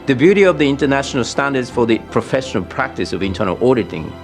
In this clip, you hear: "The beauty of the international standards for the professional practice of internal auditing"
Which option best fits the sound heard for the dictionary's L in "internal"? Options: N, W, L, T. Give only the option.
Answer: L